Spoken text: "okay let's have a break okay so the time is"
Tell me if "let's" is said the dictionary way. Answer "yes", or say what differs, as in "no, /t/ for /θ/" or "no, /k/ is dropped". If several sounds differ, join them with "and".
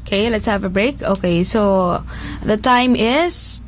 yes